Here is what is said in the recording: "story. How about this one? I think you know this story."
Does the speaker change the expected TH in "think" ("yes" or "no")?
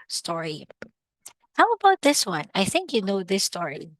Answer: no